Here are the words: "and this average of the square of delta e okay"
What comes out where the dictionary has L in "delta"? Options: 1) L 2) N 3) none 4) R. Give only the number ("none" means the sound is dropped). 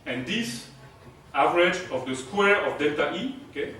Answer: 3